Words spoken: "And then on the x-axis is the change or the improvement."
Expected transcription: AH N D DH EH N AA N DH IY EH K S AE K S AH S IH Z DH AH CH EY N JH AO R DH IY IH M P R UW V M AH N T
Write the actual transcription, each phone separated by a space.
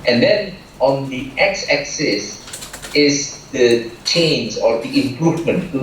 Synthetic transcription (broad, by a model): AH N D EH N AA N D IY EH K S AE K S AH S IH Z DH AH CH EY N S AO R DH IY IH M P R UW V M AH N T